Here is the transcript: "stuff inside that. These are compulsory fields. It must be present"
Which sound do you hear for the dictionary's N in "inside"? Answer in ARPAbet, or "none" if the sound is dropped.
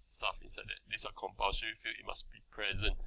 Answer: N